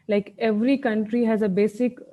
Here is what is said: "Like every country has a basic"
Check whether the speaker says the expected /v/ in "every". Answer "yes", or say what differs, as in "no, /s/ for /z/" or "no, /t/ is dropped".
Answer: yes